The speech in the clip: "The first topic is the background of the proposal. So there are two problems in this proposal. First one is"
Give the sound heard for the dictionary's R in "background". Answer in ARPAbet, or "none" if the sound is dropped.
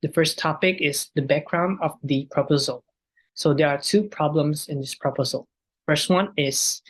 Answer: R